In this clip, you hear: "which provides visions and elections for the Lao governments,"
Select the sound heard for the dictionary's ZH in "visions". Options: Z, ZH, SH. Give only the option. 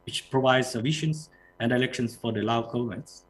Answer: SH